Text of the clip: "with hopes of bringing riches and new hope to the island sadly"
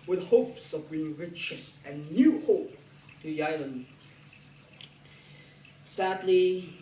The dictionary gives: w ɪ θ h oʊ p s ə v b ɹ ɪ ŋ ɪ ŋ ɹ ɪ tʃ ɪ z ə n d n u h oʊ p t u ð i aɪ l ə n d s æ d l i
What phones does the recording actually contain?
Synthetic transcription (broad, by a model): w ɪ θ h oʊ p s ə v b i ɪ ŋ ɹ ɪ tʃ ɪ s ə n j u h oʊ p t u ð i aɪ l ə n d s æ d l i